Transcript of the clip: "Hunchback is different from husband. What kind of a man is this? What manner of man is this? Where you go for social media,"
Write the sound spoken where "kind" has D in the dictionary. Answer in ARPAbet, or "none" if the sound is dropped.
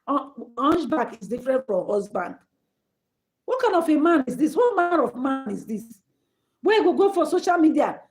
none